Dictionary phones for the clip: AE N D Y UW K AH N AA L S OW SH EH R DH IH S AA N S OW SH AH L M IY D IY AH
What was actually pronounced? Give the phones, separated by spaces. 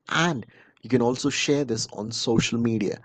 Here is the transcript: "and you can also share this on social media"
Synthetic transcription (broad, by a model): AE N D Y UW K AH N AA L S OW SH EH R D IH S AA N S OW SH AH L M IY D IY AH